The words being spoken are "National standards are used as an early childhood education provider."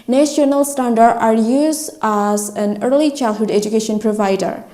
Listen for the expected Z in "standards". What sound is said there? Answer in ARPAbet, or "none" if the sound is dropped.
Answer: none